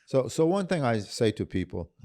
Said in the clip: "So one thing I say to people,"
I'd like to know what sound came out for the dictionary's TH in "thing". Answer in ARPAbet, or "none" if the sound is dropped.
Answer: TH